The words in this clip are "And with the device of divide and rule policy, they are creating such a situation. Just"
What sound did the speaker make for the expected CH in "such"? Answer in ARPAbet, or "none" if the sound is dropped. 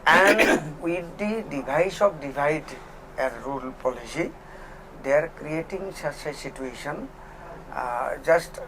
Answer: S